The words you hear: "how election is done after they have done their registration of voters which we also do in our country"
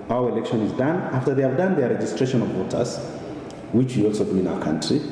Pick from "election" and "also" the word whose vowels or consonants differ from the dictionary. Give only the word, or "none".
none